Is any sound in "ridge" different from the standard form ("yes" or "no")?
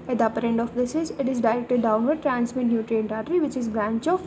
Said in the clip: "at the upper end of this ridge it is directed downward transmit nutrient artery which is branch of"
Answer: yes